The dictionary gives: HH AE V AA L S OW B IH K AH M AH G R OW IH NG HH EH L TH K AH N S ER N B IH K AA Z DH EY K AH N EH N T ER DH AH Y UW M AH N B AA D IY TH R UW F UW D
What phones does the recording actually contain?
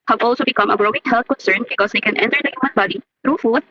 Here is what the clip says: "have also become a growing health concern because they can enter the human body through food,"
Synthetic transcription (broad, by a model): HH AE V AA L S OW B IH K AH M AH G R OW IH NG HH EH L T K AH N S ER N B IH K AA Z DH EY K AH N EH N T ER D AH Y UW M AH N B AA D IY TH R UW F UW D